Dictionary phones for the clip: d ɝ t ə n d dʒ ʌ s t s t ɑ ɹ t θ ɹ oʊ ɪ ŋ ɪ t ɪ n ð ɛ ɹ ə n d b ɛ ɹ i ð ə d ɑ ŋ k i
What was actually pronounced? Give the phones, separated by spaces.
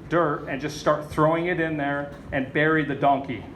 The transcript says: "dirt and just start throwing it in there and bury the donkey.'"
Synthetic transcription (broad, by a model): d ɝ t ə n dʒ ʌ s t s t ɑ ɹ t θ ɹ oʊ ɪ ŋ ɪ t ɪ n ð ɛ ɹ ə n b ɛ ɹ i ð ə d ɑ ŋ k i